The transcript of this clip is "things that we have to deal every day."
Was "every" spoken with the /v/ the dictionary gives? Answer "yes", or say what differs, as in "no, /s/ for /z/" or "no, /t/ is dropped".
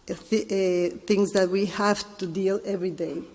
yes